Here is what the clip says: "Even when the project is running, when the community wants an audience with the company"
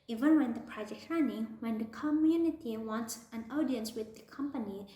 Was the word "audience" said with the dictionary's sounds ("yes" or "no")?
yes